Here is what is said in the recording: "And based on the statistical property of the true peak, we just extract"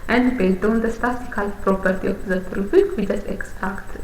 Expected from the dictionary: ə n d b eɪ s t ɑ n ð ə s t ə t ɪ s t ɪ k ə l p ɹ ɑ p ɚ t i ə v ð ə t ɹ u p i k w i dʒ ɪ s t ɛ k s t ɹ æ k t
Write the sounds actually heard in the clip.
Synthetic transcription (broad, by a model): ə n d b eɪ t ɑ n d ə s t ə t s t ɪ k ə l p ɹ ɑ p ɚ t i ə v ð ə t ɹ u f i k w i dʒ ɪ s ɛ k s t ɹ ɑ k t